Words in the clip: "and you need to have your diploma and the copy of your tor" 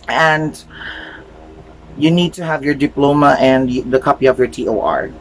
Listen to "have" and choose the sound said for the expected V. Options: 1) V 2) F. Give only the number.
1